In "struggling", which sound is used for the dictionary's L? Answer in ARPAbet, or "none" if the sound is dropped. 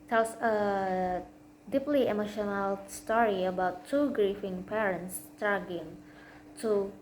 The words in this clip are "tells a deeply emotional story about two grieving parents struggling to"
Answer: none